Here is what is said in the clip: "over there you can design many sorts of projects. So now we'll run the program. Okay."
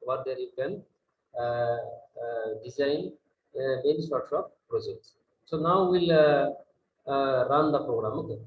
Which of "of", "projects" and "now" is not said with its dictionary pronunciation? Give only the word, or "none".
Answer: of